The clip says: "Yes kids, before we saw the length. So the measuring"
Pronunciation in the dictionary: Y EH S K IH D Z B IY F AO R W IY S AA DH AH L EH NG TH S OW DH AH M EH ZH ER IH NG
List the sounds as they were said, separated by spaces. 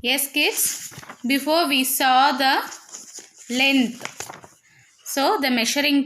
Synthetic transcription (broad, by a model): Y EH S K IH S B IY F AO R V IY S AA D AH L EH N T S OW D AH M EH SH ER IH NG